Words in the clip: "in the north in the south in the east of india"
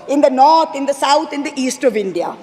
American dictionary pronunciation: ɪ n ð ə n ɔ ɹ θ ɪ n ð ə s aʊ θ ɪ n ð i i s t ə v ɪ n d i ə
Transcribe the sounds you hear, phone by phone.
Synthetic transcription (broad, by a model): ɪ n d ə n ɔ ɹ t ɪ n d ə s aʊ t ɪ n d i i s t ə v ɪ n d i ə